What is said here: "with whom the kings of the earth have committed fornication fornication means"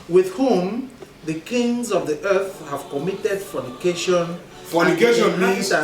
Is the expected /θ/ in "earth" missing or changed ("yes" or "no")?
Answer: no